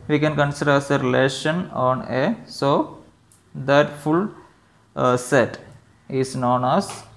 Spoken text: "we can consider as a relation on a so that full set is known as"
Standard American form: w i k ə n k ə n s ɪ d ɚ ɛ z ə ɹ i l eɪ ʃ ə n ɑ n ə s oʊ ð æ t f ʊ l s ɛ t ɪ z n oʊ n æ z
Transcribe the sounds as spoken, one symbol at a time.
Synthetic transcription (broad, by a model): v i k ə n k ə n s ɪ d ɚ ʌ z ə ɹ i l eɪ ʃ ə n ɑ n ə s oʊ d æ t f ʊ l s ɛ t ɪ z n oʊ n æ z